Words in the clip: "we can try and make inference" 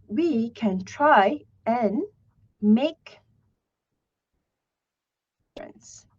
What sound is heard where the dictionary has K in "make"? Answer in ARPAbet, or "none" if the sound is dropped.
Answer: none